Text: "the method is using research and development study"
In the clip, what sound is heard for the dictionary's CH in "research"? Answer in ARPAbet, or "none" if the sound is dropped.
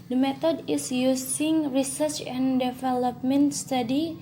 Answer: CH